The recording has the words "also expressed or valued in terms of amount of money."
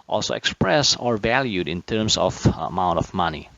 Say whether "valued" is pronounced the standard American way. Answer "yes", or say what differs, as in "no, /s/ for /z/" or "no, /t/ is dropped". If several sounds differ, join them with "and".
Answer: yes